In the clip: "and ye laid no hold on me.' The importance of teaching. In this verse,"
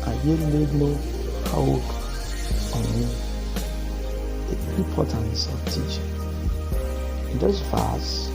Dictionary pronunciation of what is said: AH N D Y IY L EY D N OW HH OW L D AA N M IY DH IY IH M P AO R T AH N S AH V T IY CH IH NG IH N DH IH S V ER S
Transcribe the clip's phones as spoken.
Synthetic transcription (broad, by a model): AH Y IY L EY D N OW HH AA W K AA N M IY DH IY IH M P AO T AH N S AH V T IY CH IH NG IH N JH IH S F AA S